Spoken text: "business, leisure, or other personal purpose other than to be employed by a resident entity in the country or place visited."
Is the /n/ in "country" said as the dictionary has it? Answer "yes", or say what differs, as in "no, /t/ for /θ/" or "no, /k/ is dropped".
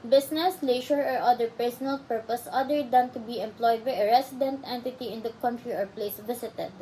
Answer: yes